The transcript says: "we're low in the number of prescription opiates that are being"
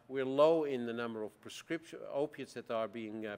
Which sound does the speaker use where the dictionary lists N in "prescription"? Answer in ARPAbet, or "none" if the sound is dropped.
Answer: none